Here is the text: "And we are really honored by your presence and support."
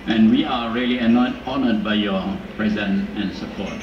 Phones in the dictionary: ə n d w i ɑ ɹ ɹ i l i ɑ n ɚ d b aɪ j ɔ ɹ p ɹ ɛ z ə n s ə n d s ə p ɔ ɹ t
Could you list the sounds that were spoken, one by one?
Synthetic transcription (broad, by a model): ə n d w i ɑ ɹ l i n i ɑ n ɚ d b aɪ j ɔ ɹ p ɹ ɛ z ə n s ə n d s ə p ɔ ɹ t